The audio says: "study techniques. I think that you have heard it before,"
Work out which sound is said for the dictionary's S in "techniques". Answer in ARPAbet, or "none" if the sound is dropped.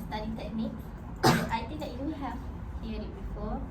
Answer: none